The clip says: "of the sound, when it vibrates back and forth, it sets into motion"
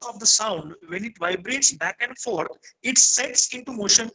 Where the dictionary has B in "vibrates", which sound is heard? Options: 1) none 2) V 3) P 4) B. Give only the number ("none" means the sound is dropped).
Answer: 4